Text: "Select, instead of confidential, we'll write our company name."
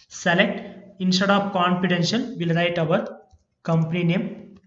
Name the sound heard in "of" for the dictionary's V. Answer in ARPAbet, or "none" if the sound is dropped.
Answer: P